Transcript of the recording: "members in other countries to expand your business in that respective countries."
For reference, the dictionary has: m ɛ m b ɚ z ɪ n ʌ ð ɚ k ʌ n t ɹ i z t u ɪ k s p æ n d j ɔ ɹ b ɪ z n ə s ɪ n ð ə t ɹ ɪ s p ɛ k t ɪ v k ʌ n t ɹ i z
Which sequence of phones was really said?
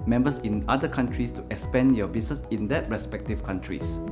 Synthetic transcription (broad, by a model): m ɛ m b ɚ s ɪ n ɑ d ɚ k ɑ n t ɹ i s t u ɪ k s p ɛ n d j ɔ b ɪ s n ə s ɪ n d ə t ɹ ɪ s p ɛ k t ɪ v k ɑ n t ɹ i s